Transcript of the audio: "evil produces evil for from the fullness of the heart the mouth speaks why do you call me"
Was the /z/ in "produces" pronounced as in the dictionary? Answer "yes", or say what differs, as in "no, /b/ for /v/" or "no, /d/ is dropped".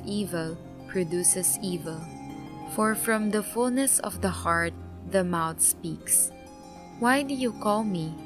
no, /s/ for /z/